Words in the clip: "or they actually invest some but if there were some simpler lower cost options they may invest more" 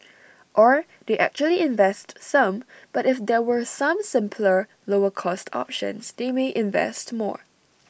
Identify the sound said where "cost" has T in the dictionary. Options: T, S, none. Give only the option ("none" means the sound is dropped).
T